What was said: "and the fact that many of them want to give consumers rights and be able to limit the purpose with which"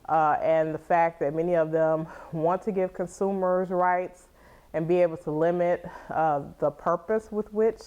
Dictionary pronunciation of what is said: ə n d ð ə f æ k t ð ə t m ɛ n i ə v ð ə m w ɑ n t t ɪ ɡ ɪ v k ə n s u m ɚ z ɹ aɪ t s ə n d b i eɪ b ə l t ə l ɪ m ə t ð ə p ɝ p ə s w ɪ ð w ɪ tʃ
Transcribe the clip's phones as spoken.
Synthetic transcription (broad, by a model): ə n ð ə f æ k ð ə t m ɛ n i ə v ð ə m w ɑ n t t ɪ ɡ ɪ v k ə n s u m ɚ z ɹ aɪ t s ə n b i eɪ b l t ə l ɪ m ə t ð ə p ɝ p ə s w ɪ ð w ɪ tʃ